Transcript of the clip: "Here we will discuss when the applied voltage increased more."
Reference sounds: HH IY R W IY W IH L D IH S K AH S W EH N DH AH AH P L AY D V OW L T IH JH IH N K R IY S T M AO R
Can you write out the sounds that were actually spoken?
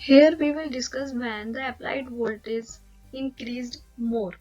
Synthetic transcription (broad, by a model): HH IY R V IY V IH L D IH S K AH S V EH N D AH AH P L AY D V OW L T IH Z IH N K R IY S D M AO R